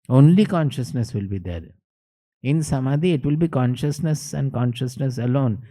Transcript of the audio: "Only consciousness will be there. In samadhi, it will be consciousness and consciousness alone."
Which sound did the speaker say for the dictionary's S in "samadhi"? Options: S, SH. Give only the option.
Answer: S